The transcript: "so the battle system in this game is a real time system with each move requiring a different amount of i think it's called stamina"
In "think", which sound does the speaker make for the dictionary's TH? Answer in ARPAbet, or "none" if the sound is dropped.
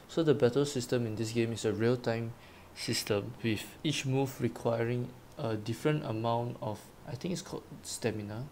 T